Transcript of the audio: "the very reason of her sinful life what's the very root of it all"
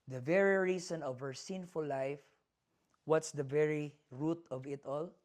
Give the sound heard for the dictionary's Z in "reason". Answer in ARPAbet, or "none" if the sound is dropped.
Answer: S